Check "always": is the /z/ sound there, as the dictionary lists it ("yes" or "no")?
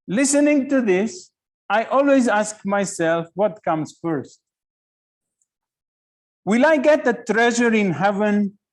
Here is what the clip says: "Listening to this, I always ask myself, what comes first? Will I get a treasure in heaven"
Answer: yes